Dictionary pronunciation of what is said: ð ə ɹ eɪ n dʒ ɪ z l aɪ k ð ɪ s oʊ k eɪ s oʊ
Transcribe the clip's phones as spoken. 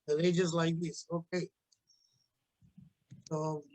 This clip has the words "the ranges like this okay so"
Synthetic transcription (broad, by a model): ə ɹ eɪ dʒ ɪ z l aɪ k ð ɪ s oʊ k eɪ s oʊ